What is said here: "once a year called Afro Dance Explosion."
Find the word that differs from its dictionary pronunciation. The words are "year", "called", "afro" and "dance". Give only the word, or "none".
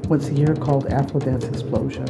afro